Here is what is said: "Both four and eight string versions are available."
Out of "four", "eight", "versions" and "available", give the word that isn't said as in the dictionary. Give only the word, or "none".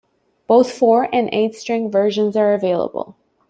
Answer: none